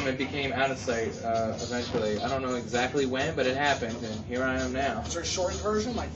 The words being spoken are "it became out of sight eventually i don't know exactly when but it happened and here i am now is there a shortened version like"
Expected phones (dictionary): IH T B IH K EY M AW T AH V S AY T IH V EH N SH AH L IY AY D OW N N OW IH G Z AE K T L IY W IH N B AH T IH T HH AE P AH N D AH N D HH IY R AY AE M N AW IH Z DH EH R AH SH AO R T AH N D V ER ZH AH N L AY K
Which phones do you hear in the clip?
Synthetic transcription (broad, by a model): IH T B IH K EY M AW T AH V S AY T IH V EH N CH L IY AY D OW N N OW IH G Z AE K T L IY W IH N B AH T IH T HH AE P AH N D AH N HH IY R AY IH M N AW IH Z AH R SH AO R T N V ER ZH AH N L AY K